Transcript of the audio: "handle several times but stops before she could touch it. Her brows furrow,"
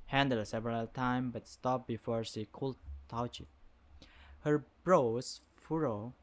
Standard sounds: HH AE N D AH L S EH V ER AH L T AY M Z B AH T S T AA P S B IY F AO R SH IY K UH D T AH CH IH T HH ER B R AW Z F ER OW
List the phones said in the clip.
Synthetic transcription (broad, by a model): HH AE N D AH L S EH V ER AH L T AY M B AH T S T AA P B IY F AO R SH IY K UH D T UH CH IH T HH ER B R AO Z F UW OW